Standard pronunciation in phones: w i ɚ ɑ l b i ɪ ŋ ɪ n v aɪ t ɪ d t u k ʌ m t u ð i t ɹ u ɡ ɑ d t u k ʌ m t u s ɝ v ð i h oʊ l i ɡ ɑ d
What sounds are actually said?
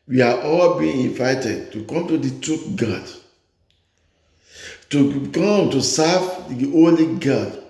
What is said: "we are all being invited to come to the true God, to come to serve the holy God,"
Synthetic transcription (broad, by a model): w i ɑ ɑ l b i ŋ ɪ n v aɪ t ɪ d t u k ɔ m t u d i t u ɡ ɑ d t u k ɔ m t u s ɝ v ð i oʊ l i ɡ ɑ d